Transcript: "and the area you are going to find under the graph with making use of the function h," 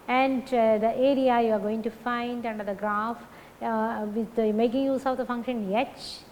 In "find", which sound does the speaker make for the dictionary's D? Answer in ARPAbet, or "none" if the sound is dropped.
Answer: D